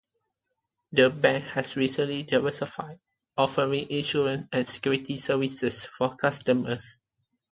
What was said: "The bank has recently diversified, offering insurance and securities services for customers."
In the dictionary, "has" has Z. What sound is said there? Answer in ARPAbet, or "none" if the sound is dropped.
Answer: S